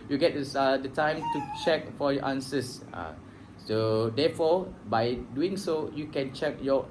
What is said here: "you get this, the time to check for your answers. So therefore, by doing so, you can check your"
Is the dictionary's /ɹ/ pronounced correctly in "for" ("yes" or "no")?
no